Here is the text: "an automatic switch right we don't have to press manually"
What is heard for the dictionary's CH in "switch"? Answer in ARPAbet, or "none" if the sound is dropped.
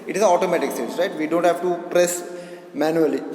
S